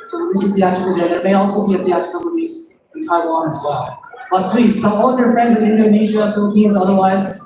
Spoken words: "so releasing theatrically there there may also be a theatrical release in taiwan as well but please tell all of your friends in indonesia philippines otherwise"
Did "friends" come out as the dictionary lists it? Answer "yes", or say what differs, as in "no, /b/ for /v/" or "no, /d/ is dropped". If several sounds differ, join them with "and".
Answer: yes